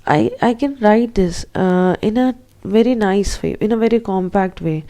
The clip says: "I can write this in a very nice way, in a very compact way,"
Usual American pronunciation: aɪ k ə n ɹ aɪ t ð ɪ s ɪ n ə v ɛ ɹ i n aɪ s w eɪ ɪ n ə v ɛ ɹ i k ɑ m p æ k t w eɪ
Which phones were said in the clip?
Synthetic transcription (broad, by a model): aɪ k ə n ɹ aɪ t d ɪ s ɪ n ə v ɛ ɹ i n aɪ s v eɪ ɪ n ə v ɛ ɹ i k ɑ m p æ k t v eɪ